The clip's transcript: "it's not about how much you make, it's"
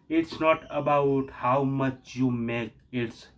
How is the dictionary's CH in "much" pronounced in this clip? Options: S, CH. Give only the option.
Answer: CH